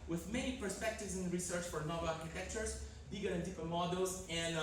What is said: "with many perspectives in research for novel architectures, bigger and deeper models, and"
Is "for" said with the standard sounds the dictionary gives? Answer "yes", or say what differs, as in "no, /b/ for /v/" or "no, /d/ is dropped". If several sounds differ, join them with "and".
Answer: yes